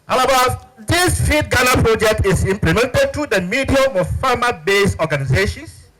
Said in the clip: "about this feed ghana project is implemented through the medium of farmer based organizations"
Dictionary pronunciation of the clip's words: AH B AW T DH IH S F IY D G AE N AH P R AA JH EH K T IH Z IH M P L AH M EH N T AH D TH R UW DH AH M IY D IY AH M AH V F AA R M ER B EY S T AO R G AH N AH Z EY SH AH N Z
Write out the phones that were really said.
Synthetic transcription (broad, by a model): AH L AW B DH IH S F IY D G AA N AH P R AA JH EH K T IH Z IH M P L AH M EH N T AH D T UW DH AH M IY D IY AH M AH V F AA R M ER B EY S AO G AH N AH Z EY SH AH N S